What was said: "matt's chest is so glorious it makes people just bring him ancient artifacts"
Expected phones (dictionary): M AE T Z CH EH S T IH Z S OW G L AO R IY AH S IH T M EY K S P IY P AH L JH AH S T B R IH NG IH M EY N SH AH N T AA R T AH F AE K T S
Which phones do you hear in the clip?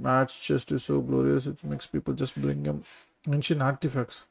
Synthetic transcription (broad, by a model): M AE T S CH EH S T IH Z S OW G L AO R IY AH S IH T M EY K S P IY P AH L JH AH S T B R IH NG IH M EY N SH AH N AA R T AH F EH K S